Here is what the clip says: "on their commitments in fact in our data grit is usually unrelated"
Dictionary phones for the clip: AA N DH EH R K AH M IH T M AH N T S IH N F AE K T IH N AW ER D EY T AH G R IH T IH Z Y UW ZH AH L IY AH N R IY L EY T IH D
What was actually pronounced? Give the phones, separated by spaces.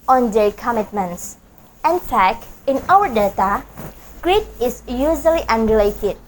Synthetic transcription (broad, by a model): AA N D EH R K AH M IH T M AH N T S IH N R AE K IH N AW ER D EY T AH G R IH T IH S Y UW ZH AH L IY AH N R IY L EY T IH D